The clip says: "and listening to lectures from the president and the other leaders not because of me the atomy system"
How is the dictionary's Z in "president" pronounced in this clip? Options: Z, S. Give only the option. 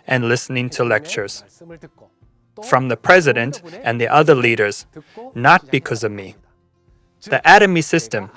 Z